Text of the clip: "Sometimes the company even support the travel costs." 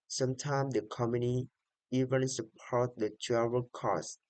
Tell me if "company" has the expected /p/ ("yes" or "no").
no